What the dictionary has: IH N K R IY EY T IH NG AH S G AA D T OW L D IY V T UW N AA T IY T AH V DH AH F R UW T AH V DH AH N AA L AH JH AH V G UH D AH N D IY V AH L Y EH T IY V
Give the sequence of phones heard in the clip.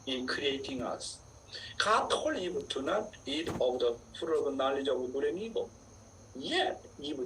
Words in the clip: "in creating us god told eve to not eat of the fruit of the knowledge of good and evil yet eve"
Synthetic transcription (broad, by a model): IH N K R IY EY T IH NG AH S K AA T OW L IY B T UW N AA T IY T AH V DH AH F UW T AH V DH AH N AA L AH JH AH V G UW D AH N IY B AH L Y EH T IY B